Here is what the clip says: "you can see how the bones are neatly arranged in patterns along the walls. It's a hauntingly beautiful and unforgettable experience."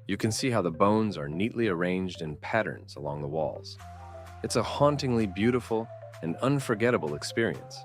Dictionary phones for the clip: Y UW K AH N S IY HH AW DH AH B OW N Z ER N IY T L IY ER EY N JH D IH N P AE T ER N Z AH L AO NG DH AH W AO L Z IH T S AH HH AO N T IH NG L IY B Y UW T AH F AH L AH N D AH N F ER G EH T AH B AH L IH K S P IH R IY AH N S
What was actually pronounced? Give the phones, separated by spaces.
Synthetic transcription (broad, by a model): Y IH K AH N S IY HH AW DH AH B OW N Z ER N IY T L IY ER EY N JH D IH N P AE T ER N Z AH L AO NG DH AH W AO L Z IH T S AH HH AO N T IH NG L IY B Y UW T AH F L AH N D AH N F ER G EH T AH B L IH K S P IH R IY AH N S